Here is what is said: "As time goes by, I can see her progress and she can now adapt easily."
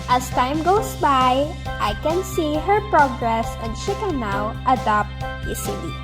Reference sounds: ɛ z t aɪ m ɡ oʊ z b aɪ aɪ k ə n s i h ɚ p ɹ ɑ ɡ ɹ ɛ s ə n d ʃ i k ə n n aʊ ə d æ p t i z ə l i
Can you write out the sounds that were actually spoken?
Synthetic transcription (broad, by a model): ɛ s t aɪ m ɡ oʊ s b aɪ aɪ k ə n s i h ɚ p ɹ ɑ ɡ ɹ ɛ s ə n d ʃ i k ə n n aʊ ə d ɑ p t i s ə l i